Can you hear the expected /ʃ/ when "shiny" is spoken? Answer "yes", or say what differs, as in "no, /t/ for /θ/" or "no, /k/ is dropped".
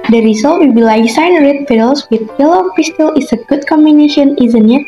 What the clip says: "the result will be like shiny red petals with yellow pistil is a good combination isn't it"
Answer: no, /s/ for /ʃ/